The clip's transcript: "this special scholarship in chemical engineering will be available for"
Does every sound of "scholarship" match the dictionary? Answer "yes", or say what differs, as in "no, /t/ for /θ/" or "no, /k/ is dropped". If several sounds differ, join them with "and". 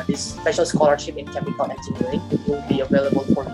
yes